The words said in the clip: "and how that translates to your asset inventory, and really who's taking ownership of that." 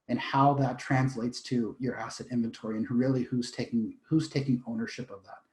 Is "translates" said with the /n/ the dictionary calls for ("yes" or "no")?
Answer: yes